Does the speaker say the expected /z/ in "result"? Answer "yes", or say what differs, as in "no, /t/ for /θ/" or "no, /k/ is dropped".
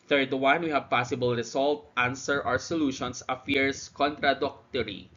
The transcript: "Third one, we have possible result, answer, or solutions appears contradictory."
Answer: no, /s/ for /z/